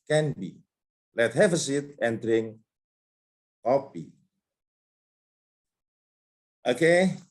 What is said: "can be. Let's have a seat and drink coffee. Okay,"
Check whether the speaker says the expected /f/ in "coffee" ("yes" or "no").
no